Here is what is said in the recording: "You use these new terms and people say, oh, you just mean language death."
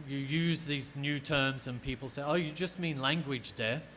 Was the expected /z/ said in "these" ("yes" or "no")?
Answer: yes